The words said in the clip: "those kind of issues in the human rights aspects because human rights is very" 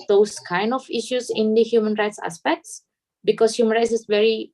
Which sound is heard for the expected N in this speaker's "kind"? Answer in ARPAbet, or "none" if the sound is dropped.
N